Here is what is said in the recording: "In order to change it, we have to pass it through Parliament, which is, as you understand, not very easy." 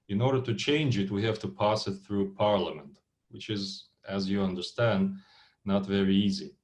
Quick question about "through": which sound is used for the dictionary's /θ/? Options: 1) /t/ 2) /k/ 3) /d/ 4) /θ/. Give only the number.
4